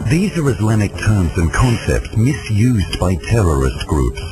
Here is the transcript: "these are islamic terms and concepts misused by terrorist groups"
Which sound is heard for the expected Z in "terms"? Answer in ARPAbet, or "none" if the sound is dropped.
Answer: Z